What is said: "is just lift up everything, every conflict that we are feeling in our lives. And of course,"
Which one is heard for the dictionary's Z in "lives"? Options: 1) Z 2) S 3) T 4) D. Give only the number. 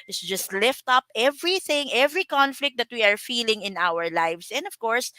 2